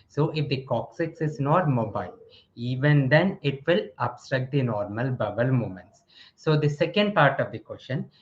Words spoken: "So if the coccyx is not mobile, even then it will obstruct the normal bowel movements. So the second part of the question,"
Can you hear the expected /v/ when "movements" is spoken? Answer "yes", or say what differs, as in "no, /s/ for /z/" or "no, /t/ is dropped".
no, /v/ is dropped